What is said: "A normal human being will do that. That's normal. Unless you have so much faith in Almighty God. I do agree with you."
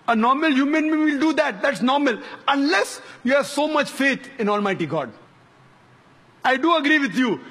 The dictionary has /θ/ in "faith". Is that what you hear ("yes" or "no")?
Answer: no